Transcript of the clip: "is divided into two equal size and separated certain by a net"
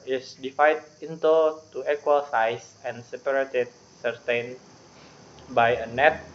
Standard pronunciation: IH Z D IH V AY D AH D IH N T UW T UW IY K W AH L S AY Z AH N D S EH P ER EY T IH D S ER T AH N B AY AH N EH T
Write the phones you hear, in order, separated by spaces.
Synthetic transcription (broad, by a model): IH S D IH F AY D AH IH N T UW T UW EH K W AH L S AY S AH N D S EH P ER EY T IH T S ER T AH N B AY AH N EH T